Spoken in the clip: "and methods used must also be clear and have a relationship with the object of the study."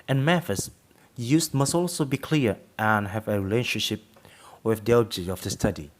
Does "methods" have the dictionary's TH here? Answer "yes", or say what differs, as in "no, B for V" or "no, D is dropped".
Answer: no, F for TH